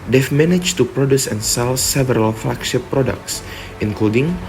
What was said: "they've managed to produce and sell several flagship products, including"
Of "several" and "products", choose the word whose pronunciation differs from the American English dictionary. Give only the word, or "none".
none